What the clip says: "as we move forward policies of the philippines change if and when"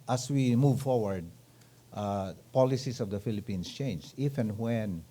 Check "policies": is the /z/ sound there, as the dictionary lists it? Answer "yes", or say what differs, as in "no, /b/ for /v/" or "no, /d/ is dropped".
no, /s/ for /z/